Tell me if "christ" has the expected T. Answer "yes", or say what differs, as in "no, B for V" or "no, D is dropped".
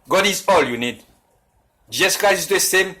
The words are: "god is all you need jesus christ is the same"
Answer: no, T is dropped